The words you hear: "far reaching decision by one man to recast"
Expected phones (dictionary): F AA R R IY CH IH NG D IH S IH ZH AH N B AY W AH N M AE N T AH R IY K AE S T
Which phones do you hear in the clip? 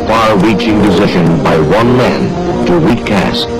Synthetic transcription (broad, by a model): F AA R R IY CH IH NG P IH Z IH SH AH N B AY W AH N M AE N T AH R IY K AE S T